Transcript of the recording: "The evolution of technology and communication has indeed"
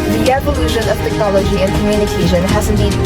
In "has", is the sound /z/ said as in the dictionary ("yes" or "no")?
yes